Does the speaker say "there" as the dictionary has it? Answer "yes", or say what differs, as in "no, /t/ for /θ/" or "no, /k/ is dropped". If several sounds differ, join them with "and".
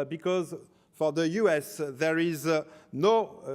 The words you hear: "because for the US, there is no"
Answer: yes